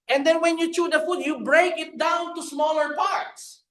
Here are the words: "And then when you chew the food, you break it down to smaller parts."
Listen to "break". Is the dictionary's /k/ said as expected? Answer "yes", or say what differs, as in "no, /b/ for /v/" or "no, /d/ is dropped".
yes